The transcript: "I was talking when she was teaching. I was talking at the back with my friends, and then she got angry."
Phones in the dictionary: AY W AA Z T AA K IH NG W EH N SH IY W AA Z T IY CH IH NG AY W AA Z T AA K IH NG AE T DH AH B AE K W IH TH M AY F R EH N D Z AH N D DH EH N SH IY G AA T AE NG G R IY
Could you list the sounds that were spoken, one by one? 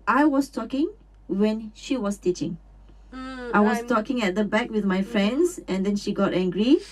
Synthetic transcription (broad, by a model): AY W AA S T AA K IH NG W EH N SH IY W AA S T IY CH IH NG AY W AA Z T AA K IH NG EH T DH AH B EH K W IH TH M AY F R EH N D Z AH N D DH EH N SH IY G AA T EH NG G R IY